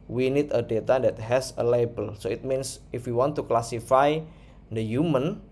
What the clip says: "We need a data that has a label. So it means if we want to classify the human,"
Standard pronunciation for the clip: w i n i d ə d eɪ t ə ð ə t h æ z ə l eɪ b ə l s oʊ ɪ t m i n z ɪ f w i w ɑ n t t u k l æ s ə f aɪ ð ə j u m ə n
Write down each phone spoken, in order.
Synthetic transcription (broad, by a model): w i n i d ə d eɪ t ə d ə t h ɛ s ə l eɪ b ə l s oʊ ɪ t m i n s ɪ f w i w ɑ n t t u k l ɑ s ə f aɪ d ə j u m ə n